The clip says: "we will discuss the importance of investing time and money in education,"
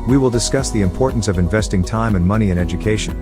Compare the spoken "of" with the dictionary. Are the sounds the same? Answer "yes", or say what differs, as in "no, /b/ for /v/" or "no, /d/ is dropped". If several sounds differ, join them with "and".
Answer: yes